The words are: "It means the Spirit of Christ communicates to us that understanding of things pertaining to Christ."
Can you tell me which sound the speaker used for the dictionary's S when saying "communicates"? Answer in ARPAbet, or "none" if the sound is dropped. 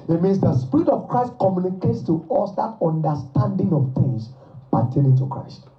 S